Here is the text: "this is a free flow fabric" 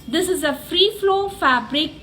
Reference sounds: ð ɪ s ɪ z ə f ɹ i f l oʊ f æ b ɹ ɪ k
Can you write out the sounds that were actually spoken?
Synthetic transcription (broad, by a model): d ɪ s ɪ z ə f ɹ i f l oʊ f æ b ɹ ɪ k